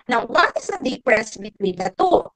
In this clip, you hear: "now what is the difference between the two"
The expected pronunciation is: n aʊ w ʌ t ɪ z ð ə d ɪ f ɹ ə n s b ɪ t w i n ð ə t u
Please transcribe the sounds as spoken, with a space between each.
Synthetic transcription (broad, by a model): n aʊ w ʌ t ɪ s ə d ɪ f ɹ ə s b ɪ t w i n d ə t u